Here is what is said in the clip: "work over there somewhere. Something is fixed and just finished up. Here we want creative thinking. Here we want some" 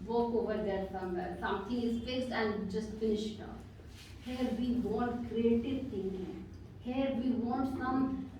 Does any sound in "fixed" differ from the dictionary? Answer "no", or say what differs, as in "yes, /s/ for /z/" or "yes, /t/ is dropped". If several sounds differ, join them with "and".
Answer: yes, /t/ is dropped